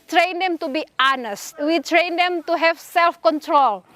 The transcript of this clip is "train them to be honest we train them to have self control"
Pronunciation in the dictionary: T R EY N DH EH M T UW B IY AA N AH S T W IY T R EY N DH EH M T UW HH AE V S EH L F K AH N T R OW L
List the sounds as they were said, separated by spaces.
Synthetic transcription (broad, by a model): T R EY N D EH M T UW B IY AA N AH S T W IY T R EY N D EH M T UW HH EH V S EH L F K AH N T R OW L